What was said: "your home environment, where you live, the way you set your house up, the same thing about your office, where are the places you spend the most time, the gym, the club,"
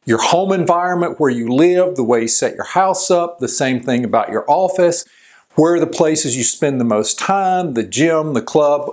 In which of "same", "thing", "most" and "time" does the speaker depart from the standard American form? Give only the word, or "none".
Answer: none